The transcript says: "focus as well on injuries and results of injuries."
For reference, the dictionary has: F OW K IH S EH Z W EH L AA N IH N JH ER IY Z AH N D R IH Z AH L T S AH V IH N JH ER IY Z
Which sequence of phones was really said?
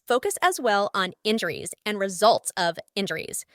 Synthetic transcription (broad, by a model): F OW K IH S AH Z W EH L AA N IH N JH ER IY Z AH N R IH Z AH L T S AH V IH N JH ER IY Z